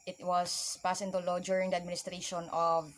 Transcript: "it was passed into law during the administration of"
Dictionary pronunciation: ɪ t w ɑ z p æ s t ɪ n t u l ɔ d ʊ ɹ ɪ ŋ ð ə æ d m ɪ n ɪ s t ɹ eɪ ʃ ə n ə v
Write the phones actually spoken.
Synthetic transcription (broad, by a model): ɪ t w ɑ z p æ s ɪ n t u l ɔ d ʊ ɹ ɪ ŋ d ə æ d m ɪ n ɪ s t ɹ eɪ ʃ ə n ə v